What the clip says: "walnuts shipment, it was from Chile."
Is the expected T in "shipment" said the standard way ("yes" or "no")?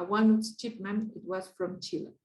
no